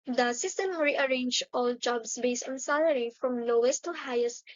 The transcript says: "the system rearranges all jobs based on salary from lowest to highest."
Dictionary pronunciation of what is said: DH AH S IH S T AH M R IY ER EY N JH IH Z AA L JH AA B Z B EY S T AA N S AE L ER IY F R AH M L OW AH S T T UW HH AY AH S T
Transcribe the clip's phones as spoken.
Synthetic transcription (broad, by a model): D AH S IH S T AH M R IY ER EY N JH AA L JH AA B S B EY S T AA N S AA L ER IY F R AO M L OW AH S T T UW HH AY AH S T